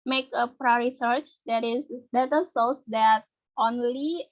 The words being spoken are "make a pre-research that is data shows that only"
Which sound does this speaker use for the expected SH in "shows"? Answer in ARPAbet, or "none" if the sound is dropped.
S